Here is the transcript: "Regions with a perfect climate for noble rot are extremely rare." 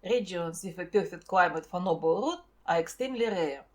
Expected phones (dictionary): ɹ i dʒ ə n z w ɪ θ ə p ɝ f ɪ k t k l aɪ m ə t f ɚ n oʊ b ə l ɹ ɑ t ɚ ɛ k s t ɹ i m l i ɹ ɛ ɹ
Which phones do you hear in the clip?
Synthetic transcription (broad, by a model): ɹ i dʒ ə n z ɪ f ə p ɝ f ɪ t k l aɪ m ə t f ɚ n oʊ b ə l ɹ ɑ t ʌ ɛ k s t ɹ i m l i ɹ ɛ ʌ